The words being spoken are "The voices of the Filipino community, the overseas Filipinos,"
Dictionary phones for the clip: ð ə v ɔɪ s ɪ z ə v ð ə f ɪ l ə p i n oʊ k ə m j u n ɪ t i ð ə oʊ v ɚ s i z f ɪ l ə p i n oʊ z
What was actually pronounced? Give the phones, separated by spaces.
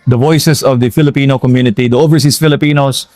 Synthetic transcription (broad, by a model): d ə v ɔɪ s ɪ s ə v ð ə f ɪ l ə p i n oʊ k ə m j u n ɪ t i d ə oʊ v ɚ s i s f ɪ l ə p i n oʊ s